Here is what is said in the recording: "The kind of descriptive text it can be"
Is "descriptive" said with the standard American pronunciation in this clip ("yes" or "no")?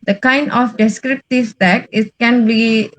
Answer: yes